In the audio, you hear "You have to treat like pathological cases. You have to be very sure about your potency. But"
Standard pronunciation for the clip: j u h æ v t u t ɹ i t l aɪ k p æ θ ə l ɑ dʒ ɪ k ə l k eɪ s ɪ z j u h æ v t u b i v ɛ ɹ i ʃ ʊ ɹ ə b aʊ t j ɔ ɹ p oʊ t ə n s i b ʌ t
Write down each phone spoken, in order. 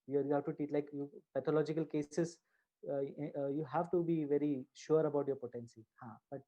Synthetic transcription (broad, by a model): j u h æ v t u t i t l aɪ k p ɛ t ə l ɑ dʒ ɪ k ə l k eɪ s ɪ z j u h æ v t u b i v ɛ ɹ i ʃ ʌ ɹ ə b aʊ t j ɔ ɹ p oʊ t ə n s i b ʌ t